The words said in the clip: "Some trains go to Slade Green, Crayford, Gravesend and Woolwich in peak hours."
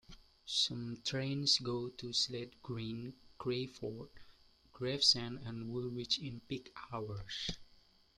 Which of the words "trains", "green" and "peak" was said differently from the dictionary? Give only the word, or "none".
trains